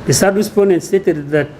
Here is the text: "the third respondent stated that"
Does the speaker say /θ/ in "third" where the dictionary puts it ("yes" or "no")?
no